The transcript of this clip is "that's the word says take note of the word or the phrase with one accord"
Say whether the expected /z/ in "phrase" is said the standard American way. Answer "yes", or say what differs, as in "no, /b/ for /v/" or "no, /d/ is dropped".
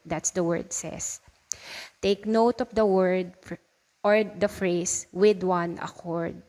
no, /s/ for /z/